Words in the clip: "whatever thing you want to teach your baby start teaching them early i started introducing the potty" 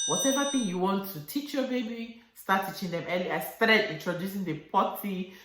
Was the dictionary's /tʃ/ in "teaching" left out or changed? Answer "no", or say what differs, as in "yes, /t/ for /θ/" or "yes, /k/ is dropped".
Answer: no